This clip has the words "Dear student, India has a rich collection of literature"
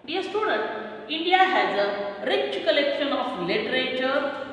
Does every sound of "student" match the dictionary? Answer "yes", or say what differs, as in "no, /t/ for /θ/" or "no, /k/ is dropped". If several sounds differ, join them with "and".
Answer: yes